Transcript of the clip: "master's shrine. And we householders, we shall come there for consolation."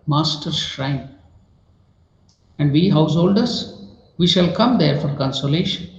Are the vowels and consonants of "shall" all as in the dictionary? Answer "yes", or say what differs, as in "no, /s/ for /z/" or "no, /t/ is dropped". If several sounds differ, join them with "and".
yes